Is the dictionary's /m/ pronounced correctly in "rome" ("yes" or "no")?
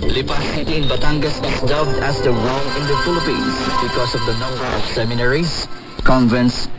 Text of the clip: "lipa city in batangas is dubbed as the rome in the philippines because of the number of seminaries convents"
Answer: no